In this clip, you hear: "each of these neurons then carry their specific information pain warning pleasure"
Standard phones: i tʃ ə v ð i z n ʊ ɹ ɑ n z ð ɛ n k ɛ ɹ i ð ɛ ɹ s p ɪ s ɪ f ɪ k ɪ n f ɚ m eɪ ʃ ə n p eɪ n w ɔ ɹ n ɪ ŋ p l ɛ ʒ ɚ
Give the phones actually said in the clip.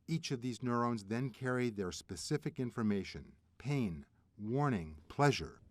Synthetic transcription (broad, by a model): i tʃ ə v ð i z n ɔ ɹ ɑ n z ð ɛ n k ɛ ɹ i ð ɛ ɹ s p ɪ s ɪ f ɪ k ɪ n f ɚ m eɪ ʃ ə n p eɪ n w ɔ ɹ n ɪ ŋ p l ɛ ʒ ɚ